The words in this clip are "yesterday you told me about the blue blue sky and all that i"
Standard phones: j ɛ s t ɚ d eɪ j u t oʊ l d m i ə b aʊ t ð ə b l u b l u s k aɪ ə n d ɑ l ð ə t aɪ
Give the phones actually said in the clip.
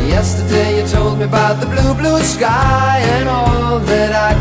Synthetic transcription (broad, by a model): j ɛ s t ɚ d eɪ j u t oʊ l d m i ə b aʊ t ð ə b l u b l u s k aɪ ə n ɑ l ð ə t aɪ